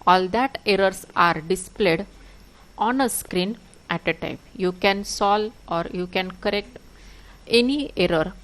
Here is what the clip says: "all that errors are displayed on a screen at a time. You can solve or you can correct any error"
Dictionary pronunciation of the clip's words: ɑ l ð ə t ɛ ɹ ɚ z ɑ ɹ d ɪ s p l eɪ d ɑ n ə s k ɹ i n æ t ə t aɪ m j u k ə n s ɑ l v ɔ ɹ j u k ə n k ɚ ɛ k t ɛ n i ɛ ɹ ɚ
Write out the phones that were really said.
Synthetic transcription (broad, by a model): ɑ l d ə t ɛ ɹ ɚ s ɑ ɹ d ɪ s p l eɪ d ɑ n ə s k ɹ i n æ t ə t aɪ m j u k ə n s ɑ l ɔ ɹ j u k ə n k ɚ ɛ k t ɛ n i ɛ ɹ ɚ